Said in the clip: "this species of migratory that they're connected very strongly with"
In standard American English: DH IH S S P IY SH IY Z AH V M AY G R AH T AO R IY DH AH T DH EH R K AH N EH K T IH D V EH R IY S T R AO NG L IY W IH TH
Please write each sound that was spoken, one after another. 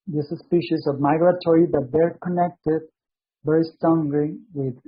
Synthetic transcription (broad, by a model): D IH S S P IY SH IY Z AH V M AY G R AH T AO R IY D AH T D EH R K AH N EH K T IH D B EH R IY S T AO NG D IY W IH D